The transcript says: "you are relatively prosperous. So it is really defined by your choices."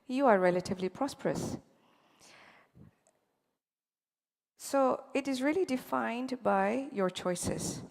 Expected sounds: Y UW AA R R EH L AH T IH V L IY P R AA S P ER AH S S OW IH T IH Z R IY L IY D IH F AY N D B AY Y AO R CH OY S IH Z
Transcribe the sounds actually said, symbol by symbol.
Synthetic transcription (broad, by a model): Y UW AA R R EH L AH T IH V L IY P R AA S P ER AH S S OW IH T IH Z R IY L IY D IH F AY N D B AY Y AO R CH OY S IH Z